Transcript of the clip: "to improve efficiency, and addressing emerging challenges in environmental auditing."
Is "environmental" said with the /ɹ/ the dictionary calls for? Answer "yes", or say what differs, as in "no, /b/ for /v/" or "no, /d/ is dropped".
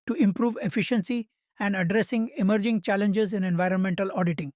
yes